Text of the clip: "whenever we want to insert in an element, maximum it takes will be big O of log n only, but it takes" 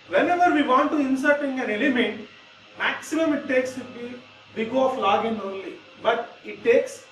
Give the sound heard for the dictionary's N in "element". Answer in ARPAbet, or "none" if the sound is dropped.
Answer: N